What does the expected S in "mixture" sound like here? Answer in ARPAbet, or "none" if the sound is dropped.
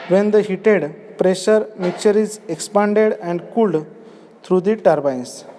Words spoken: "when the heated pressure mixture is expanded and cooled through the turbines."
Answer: none